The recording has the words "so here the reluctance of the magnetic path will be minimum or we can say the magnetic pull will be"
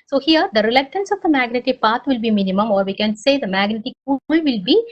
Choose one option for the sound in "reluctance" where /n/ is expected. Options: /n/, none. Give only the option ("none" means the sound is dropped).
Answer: /n/